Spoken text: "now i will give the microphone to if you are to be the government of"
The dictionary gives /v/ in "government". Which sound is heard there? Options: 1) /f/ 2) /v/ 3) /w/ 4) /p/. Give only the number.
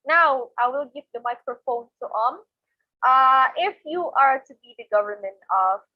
2